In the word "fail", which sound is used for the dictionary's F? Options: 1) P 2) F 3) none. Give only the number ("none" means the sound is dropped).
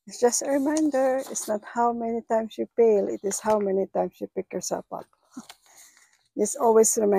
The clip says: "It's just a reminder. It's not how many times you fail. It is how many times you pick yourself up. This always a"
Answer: 1